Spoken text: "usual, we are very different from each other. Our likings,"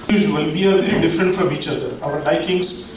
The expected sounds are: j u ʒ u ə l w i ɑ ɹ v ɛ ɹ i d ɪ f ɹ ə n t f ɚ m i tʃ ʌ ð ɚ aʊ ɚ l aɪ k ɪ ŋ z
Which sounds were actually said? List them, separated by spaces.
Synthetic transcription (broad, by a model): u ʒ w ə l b i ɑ l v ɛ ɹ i d ɪ f ɹ ə n t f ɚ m i tʃ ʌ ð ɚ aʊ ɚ l aɪ k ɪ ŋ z